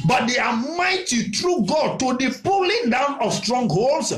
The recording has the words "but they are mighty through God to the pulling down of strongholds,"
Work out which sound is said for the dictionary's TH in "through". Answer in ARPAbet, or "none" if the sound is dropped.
T